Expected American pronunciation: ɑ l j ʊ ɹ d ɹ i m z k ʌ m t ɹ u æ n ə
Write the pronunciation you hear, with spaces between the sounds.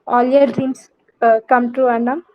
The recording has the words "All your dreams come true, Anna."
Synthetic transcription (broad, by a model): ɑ l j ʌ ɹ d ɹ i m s k ʌ m t u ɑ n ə